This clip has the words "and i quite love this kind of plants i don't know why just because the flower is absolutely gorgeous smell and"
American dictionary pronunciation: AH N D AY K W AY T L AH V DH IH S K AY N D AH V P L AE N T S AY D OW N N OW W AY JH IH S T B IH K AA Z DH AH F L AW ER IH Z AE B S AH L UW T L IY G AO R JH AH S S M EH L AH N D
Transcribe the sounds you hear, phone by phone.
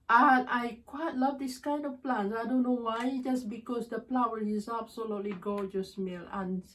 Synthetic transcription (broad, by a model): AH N AY K W AY T L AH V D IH S K AY N D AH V P L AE N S AY D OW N N OW W AY JH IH S B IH K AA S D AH P L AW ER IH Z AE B S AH L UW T L IY G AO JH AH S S M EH L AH N